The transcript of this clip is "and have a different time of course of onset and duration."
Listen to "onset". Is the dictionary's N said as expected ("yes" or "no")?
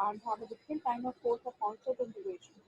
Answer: no